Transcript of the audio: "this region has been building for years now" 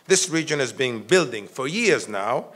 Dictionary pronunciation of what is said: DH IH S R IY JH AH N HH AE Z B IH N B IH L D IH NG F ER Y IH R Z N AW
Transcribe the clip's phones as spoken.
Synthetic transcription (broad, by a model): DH IH S R IY JH AH N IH Z B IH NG B IH L D IH NG F ER Y IH R Z N AW